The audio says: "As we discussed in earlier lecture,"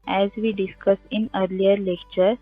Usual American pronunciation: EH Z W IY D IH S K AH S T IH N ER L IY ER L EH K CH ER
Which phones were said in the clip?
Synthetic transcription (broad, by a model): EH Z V IY D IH S K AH S IH N ER L IY ER L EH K CH ER